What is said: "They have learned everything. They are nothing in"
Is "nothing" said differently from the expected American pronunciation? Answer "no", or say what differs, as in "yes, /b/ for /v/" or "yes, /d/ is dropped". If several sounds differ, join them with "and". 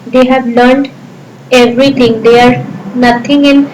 yes, /t/ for /θ/